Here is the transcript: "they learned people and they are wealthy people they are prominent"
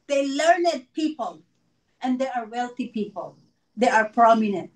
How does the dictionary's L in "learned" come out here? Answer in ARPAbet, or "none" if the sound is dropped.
L